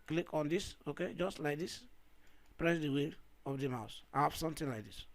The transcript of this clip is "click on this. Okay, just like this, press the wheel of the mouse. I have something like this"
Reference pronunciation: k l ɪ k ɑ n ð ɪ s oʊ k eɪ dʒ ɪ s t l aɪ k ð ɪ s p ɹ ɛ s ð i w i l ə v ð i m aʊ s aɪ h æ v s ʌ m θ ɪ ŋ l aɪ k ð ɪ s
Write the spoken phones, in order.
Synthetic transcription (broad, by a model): k l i k ɑ n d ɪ s oʊ k eɪ dʒ ɪ s t l aɪ k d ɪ s p ɹ ɛ s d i w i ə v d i m aʊ s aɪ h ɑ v s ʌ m t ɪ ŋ l aɪ k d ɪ s